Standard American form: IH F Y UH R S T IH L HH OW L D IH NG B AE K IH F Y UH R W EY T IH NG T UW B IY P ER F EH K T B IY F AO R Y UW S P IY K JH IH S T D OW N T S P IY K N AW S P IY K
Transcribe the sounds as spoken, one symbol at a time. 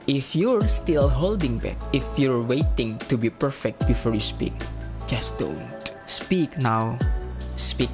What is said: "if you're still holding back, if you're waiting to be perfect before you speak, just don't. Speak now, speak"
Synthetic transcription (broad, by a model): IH F Y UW R S T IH L HH OW L D IH NG B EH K IH F Y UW R W EY T IH NG T UW B IY P ER F EH K T B IY F AO R Y UW S P IY K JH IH S D OW N T S P IY K N AW S P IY K